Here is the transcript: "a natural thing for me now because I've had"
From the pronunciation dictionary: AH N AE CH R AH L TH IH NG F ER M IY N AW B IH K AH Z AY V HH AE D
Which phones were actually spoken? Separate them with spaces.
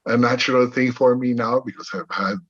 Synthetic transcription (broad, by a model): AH N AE CH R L TH IH NG F ER M IY N AW B IH K AH Z AY V HH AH D